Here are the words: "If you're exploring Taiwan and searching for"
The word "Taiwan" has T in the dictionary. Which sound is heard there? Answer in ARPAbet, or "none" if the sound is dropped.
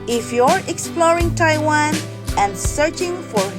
T